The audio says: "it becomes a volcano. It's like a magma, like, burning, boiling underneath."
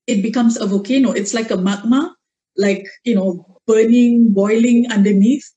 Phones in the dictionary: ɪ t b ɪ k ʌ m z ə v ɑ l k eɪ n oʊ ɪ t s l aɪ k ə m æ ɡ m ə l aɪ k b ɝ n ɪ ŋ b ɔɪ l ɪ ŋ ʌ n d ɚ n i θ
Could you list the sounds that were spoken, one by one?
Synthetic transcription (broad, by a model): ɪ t b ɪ k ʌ m s ə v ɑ k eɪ n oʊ ɪ t s l aɪ k ə m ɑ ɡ m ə l aɪ k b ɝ n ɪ ŋ b ɔɪ l ɪ ŋ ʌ n d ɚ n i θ